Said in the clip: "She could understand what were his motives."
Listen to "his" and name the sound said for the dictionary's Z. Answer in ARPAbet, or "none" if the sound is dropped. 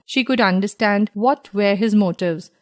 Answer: Z